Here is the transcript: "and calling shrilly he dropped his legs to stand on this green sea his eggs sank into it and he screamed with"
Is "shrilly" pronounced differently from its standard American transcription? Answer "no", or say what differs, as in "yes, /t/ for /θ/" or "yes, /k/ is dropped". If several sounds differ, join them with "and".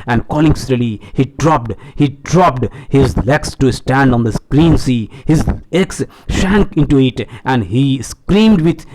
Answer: yes, /s/ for /ʃ/